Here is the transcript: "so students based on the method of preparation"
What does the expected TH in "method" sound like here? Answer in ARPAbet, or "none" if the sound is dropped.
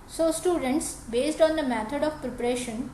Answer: T